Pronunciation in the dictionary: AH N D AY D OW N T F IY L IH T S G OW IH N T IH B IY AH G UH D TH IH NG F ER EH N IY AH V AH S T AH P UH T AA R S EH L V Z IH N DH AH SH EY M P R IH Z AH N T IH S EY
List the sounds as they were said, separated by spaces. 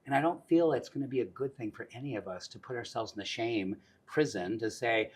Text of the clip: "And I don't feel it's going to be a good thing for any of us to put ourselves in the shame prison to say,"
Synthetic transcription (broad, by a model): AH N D AY D OW N T F IY L IH T S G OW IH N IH B IY AH G UH D TH IH NG F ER EH N IY AH V AH S T AH P UH T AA R S EH L V Z N DH AH SH EY M P R IH Z AH N T IH S EY